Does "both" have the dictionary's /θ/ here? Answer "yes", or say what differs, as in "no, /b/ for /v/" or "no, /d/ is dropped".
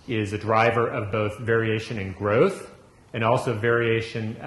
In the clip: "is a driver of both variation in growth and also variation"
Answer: yes